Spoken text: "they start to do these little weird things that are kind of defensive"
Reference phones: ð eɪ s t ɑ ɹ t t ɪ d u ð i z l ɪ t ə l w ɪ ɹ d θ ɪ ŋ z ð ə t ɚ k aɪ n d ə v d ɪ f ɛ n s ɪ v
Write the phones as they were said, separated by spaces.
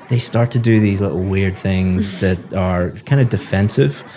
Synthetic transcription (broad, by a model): ð eɪ s t ɑ ɹ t t ɪ d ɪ ð i z l ɪ t l w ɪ ɹ d θ ɪ ŋ z ð ə t ɚ k aɪ n d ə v d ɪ f ɛ n s ɪ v